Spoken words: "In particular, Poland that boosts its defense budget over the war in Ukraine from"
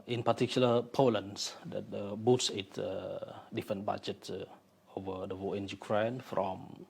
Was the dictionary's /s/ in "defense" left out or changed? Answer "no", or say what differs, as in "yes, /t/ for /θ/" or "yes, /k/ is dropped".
yes, /s/ is dropped